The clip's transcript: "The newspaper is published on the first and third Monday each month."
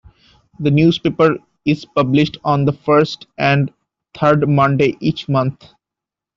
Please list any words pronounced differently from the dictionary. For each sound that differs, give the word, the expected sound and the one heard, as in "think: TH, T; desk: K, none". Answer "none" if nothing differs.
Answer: third: TH, T; month: TH, T